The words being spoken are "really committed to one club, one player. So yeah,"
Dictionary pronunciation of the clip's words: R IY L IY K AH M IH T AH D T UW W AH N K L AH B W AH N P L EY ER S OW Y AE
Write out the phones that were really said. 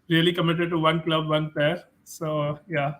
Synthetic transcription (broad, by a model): R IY L IY K AH M IH T AH D T UW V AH N K L AH B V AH N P EY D S OW Y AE